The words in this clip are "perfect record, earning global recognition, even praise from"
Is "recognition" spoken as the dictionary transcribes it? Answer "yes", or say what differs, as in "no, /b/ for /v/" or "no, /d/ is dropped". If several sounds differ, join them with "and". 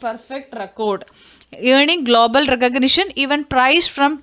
yes